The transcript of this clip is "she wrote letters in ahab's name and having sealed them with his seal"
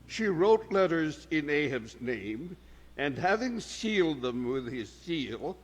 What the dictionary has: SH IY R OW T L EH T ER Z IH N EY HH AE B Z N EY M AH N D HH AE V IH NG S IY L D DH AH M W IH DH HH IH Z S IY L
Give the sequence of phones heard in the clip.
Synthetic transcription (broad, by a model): SH IY R OW T L EH T ER Z IH N EY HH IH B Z N EY M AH N HH AE V IH NG S IY L D DH AH M W IH DH IH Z S IY L